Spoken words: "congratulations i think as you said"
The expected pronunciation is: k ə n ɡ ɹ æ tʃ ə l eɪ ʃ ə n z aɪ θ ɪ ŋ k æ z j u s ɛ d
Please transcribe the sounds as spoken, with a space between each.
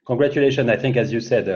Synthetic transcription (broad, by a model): k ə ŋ ɡ ɹ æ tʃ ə l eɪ ʃ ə n aɪ θ ɪ ŋ k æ z j u s ɛ d